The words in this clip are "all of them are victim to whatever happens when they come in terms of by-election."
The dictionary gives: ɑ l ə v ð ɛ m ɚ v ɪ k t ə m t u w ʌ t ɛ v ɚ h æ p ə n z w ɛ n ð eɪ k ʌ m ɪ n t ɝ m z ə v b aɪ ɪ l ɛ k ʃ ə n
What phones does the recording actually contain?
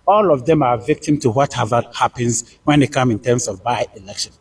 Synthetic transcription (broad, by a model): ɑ l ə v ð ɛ m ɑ v ɪ k t ə m t u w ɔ t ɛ v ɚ h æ p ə n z w ɛ n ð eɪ k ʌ m ɪ n t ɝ m s ə v b aɪ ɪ l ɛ k ʃ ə n